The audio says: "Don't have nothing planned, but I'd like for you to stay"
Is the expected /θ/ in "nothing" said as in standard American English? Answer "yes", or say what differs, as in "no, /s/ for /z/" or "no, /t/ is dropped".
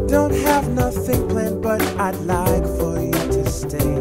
yes